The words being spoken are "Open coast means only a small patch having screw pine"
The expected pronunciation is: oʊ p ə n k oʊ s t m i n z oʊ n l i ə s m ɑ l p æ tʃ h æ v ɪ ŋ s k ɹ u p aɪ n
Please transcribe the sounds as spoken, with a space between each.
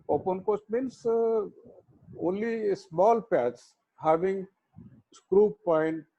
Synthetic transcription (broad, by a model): oʊ p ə n k oʊ s t m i n s oʊ n l i s m ɑ l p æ s h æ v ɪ ŋ s k ɹ u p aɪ n